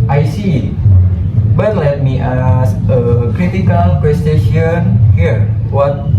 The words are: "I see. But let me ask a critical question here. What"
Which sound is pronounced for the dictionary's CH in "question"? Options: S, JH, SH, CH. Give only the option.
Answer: SH